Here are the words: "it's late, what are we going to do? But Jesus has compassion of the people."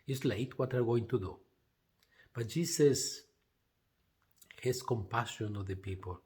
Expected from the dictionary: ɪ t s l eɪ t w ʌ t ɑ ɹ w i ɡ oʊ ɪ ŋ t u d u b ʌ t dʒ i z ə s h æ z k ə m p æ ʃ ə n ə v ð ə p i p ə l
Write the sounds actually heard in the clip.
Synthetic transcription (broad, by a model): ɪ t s l eɪ t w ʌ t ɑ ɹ ɡ oʊ ɪ ŋ t u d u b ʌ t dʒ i s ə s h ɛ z k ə m p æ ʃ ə n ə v ð ə p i p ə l